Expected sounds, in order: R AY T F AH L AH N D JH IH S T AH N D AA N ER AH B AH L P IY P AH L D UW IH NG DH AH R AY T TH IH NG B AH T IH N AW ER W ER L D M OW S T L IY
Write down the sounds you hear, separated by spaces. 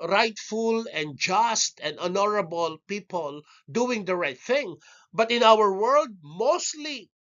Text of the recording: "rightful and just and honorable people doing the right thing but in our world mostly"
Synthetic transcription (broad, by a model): R AY T F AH L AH N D JH IH S T AH N D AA N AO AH B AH L P IY P AH L D UW IH NG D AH R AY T TH IH NG B AH T IH N AW ER W ER L D M OW S T L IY